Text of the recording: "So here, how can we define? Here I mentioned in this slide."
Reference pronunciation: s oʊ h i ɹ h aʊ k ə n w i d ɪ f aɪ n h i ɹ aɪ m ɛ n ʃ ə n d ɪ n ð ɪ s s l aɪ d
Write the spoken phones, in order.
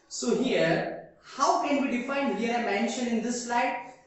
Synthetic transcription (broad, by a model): s oʊ h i ɹ h aʊ k ə n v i d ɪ f aɪ n h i ɹ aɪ m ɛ n ʃ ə n ɪ n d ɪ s s l aɪ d